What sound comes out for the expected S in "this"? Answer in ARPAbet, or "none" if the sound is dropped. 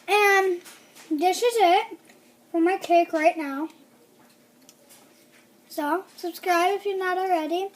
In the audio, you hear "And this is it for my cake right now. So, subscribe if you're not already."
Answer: SH